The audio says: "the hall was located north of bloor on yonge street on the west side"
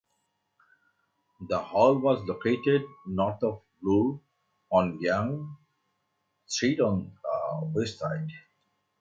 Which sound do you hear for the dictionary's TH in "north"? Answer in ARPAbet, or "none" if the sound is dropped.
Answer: T